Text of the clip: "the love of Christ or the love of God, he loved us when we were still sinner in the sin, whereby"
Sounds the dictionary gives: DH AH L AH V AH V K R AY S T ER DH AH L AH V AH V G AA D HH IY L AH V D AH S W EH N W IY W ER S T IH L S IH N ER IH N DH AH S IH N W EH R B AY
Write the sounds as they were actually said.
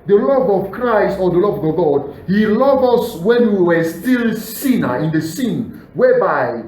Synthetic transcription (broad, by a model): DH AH L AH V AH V K R AY S T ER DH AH L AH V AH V G AA D HH IY L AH V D AH S W EH N W IY W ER S T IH L S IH N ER IH N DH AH S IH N W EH B AY